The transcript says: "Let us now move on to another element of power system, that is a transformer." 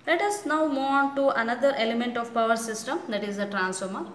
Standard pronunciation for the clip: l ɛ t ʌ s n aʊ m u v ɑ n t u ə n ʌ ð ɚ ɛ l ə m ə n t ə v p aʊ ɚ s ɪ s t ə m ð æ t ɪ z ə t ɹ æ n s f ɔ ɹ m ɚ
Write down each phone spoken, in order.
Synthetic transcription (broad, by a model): l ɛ t ʌ s n aʊ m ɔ ɑ n t u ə n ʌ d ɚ ɛ l ə m ə n t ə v p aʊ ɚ s ɪ s t ə m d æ t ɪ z ə t ɹ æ n s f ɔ ɹ m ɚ